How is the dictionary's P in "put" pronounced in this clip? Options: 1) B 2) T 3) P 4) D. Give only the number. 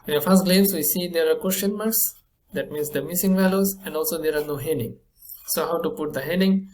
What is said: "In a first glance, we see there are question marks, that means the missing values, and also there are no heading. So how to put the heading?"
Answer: 3